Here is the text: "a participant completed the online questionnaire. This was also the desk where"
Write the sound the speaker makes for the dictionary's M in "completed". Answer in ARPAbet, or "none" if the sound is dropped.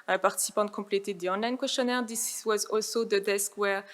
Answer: none